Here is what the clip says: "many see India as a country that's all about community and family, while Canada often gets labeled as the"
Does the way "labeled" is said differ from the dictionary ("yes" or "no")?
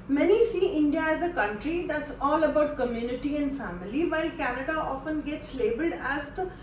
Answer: no